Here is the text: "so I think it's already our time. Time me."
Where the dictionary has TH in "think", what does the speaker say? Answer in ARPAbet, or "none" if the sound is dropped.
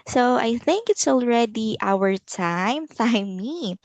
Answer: TH